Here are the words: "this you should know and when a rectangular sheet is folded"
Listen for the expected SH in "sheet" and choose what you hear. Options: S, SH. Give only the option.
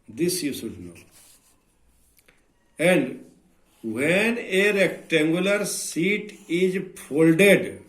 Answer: S